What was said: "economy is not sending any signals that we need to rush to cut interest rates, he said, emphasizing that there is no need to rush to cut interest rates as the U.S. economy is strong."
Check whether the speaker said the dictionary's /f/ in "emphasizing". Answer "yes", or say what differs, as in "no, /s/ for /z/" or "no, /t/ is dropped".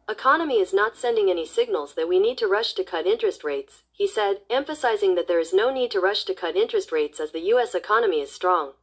yes